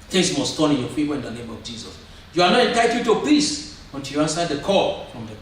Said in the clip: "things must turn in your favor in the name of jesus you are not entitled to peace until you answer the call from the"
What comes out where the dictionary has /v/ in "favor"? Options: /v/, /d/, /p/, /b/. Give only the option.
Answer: /p/